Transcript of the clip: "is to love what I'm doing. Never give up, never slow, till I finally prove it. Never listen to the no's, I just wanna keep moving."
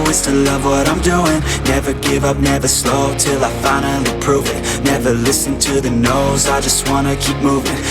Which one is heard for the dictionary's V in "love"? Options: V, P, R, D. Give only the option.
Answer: V